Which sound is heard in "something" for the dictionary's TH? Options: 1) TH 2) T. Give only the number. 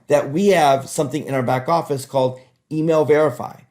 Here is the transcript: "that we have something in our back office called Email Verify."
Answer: 1